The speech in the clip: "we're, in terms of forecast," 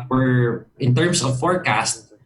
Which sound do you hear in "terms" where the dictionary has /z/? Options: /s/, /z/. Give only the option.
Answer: /s/